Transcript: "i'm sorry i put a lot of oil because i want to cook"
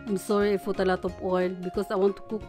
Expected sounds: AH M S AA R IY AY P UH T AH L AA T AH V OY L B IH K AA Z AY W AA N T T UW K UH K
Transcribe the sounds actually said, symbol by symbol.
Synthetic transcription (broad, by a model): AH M S AA R IY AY F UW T AH L AA T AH P OY L B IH K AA S AY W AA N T T UW K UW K